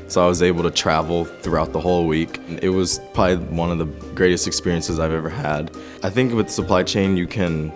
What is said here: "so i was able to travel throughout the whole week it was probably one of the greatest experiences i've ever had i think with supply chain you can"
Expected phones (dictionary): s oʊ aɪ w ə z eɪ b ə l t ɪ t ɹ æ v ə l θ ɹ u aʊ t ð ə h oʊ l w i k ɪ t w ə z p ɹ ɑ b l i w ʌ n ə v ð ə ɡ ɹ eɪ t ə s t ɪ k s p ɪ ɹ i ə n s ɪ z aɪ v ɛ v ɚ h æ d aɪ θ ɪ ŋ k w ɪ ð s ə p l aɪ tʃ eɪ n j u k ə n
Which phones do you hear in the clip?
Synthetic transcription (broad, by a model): s oʊ aɪ w ə z eɪ b l t ɪ t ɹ æ v l θ ɹ u aʊ t ð ə h oʊ l w i k ɪ t w ə z p ɹ ɑ b l i w ʌ n ə v ð ə ɡ ɹ eɪ t ə s t ɪ k s p ɪ ɹ i ə n s ɪ z aɪ v ɛ v ɚ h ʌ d aɪ θ ɪ ŋ k w ɪ ð s ə p l aɪ tʃ eɪ n j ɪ k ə n